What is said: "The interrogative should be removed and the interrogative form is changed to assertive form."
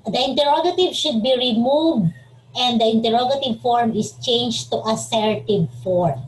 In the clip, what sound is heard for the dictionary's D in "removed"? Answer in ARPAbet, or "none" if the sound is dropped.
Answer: D